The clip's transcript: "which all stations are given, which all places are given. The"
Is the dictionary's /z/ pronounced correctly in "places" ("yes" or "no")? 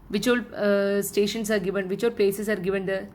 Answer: no